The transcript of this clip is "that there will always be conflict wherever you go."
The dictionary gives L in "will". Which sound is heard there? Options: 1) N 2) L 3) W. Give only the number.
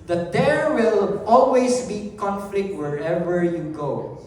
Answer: 2